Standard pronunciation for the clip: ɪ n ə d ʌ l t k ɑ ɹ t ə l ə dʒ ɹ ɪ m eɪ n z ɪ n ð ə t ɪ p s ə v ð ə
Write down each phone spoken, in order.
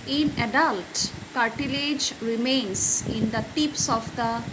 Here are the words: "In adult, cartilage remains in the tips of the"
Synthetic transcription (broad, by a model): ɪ n ə d ʌ l t k ɑ ɹ t ə l ə dʒ ɹ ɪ m eɪ n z ɪ n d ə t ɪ p s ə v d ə